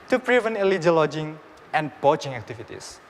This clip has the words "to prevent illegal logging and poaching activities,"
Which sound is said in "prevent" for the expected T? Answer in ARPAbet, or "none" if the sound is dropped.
none